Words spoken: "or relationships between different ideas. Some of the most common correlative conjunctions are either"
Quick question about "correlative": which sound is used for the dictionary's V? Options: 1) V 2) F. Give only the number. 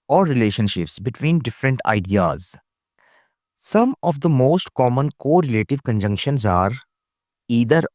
1